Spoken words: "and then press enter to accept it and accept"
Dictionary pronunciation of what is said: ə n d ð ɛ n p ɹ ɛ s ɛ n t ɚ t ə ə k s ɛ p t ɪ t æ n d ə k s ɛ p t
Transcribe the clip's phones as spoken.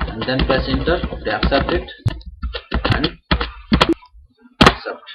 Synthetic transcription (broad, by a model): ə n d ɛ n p ɛ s ɛ n t ɚ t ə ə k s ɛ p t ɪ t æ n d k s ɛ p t